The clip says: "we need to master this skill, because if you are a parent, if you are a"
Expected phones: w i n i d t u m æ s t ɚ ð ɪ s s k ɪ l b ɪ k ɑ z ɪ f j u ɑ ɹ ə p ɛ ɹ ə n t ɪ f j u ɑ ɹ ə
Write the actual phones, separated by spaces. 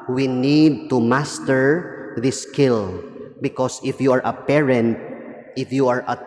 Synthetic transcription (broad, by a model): w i n i d t u m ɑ s t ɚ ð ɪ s s k ɪ l b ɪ k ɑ s ɪ f j u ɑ ɹ ə p ɛ ɹ ə n t ɪ f j u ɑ ɹ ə